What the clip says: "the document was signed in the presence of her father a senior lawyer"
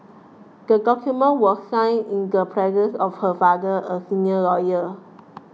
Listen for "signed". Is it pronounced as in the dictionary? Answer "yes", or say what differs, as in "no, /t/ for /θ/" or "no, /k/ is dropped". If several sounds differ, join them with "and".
no, /d/ is dropped